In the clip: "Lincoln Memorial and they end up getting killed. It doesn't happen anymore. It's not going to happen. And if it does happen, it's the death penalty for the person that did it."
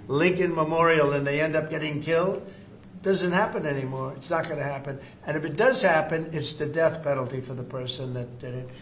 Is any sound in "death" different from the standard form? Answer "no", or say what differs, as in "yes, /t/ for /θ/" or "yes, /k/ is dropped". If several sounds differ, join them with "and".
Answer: no